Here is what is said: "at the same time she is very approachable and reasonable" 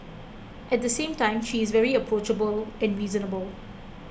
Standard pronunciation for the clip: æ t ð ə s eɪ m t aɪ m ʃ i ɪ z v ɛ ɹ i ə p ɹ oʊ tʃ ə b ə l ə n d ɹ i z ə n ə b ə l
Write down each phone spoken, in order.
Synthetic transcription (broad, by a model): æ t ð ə s eɪ m t aɪ m ʃ i ɪ z v ɛ ɹ i ə p ɹ oʊ tʃ ə b ə l ə n d ɹ i z ə n ə b ə l